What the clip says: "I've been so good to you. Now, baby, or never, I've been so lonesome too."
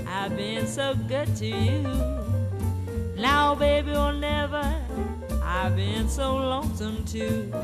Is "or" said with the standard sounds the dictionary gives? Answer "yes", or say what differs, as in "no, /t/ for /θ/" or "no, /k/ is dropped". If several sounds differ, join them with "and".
no, /l/ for /ɹ/